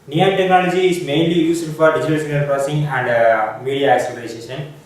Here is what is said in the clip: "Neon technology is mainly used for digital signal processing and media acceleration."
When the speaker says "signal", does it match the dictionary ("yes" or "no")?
no